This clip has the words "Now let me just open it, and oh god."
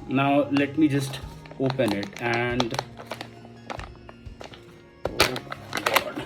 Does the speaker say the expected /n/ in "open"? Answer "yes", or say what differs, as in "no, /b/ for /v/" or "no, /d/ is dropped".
yes